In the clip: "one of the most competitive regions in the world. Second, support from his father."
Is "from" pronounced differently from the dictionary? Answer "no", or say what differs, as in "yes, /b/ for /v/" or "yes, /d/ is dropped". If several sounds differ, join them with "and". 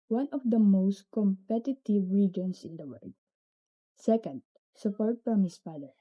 yes, /p/ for /f/